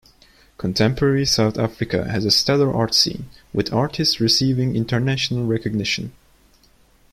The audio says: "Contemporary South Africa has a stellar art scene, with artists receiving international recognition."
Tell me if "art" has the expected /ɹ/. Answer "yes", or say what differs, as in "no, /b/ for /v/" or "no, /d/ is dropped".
yes